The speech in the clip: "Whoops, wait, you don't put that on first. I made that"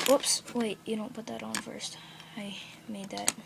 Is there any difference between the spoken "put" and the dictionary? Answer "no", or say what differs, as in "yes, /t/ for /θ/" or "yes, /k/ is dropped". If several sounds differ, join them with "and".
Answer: no